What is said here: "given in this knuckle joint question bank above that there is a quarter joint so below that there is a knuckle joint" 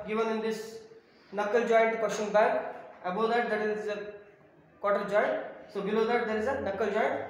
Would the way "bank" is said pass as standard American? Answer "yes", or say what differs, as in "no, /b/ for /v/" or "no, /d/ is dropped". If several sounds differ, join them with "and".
no, /ŋ/ is dropped